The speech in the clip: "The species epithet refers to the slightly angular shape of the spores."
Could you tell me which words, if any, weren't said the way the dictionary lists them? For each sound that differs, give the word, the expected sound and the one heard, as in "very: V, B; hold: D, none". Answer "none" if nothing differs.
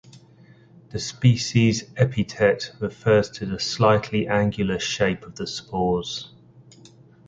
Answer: epithet: TH, T